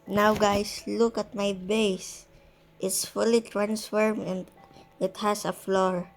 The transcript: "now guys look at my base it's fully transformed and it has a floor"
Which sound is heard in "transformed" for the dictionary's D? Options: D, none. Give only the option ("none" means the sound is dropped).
none